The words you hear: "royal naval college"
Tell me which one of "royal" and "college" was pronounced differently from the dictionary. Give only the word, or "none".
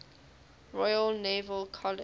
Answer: college